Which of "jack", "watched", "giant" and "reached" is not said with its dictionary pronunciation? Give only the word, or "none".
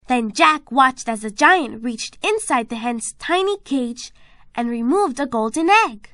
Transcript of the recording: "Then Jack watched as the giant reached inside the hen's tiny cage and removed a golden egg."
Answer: none